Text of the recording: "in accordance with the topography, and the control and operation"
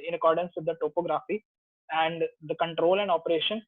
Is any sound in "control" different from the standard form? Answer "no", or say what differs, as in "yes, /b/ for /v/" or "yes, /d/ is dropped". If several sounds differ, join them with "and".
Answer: no